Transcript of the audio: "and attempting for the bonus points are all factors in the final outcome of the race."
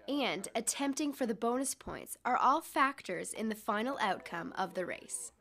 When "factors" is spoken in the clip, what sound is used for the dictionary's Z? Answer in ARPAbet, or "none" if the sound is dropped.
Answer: Z